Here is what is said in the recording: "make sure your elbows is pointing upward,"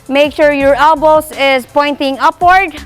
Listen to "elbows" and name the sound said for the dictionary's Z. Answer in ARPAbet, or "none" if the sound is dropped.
S